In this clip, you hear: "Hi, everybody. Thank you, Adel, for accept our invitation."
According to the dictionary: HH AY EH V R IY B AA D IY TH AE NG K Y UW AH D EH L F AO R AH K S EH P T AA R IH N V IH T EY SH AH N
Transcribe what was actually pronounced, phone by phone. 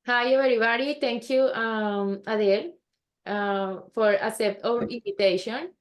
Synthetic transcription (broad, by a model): HH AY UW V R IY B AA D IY T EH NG K Y UW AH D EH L F AO R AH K S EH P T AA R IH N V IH T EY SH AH N